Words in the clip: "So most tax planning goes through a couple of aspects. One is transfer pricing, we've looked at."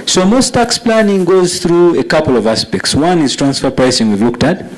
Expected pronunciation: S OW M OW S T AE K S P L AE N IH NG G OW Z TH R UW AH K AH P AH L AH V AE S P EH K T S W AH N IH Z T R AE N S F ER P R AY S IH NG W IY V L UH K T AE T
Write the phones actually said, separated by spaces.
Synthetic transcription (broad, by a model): S OW M OW S T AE K S P L AE N IH NG G OW Z TH R UW AH K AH P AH L AH V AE S P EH K T S W AH N IH Z T R AE N S F ER P R AY S IH NG W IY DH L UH K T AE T